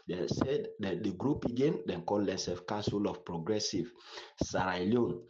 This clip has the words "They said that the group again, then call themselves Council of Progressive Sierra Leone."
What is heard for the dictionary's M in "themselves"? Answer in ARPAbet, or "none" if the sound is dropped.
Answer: none